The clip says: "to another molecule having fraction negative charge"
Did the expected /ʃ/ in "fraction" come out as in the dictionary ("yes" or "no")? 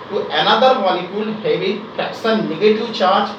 no